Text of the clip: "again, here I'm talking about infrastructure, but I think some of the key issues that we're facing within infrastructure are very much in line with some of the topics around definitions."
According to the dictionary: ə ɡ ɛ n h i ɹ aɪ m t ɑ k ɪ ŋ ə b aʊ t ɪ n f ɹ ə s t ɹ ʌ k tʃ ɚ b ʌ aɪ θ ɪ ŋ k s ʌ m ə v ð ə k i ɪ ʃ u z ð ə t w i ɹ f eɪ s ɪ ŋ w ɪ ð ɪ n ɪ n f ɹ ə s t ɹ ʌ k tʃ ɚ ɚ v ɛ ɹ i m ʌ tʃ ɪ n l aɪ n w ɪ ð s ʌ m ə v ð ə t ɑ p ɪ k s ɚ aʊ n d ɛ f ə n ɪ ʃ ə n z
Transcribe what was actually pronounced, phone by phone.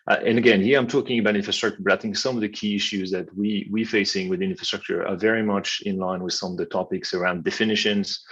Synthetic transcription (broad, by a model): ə ɡ ɛ n h i ɹ aɪ m t ɑ k ɪ ŋ ə b aʊ t ɪ n f ɹ ə s t ɹ ʌ k tʃ ɚ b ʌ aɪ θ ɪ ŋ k s ʌ m ə v ð ə k i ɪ ʃ u z ð ə t w i w f eɪ s ɪ ŋ w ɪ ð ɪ ɪ n f ɹ ə s t ɹ ʌ k tʃ ɚ ɚ v ɛ ɹ i m ʌ tʃ ɪ n l aɪ n w ɪ ð s ʌ m ə v ð ə t ɑ p ɪ k s ɚ aʊ n d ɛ f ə n ɪ ʃ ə n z